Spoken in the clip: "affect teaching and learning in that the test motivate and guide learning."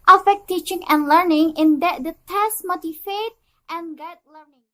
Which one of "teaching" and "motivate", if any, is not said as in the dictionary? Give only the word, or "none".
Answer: motivate